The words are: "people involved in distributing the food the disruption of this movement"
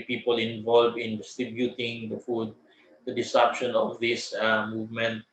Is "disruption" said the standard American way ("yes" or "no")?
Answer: no